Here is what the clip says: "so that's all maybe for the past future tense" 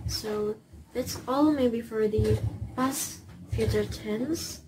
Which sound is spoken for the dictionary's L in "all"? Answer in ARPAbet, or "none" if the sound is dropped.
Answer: L